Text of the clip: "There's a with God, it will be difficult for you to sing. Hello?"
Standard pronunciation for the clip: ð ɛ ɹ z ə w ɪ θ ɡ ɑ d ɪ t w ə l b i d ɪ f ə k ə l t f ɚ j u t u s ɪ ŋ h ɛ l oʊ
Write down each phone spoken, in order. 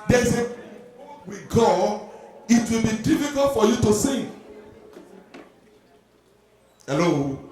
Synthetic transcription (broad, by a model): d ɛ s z ə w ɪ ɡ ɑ ɪ t w ə l b i d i f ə k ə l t f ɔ j u t u s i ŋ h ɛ l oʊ